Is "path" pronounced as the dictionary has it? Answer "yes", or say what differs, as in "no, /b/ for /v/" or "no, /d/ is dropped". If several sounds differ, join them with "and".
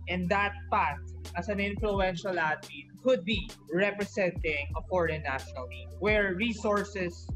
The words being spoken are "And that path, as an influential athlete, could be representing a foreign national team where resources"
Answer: no, /t/ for /θ/